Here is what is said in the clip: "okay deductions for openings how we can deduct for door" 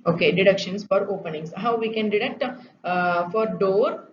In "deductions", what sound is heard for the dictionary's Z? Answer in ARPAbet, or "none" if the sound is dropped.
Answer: S